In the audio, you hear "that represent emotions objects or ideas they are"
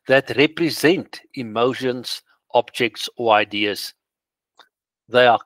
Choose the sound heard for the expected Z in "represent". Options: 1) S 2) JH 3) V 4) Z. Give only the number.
4